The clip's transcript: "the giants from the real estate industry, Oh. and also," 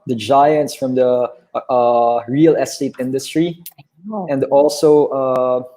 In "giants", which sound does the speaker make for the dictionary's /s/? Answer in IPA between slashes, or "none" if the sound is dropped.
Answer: /s/